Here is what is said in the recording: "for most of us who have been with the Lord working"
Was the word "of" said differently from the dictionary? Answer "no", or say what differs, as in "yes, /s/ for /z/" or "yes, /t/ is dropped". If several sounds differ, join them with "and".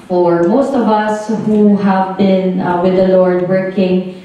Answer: no